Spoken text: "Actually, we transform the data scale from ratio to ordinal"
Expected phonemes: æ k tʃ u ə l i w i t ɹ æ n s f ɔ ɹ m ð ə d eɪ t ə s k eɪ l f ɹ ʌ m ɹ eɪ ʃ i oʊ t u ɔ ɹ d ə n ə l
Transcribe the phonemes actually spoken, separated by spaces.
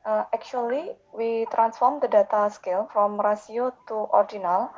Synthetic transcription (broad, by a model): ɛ k tʃ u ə l i w i t ɹ æ n s f ɔ ɹ m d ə d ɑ t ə s k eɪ l f ɹ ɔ m ɹ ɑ s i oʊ t u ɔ ɹ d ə n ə l